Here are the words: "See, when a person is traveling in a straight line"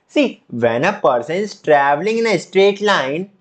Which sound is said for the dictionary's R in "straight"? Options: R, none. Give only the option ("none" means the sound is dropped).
R